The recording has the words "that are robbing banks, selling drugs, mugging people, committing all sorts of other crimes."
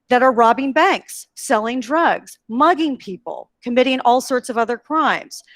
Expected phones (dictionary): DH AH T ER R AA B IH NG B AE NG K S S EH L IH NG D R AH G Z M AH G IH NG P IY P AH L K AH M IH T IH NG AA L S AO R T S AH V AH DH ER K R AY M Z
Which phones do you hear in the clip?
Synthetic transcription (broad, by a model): DH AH T ER R AA B IH NG B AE NG K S S EH L IH NG D R AH G Z M AH G IH NG P IY P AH L K AH M IH T IH NG AA L S AO R T S AH V AH DH ER K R AY M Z